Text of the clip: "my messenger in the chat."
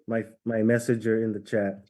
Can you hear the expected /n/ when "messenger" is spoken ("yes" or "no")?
no